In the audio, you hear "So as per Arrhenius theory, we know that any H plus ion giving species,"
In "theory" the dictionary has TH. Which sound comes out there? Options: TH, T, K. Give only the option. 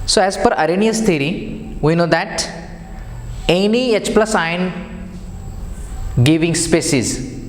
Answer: T